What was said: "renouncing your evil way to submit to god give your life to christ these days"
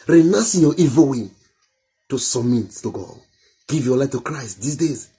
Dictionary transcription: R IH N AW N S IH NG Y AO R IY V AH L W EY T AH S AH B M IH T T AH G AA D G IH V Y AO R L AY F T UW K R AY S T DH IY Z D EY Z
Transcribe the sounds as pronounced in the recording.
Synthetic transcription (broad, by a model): R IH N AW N S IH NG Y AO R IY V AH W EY T AH S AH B M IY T T AH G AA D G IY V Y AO L AY F T UW K R AY S T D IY S D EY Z